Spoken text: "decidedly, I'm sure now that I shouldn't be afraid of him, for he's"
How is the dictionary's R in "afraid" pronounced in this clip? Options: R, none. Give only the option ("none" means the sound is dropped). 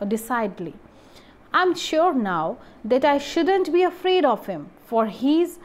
R